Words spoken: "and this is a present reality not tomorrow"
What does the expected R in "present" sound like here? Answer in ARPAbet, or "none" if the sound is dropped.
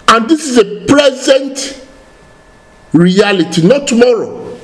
L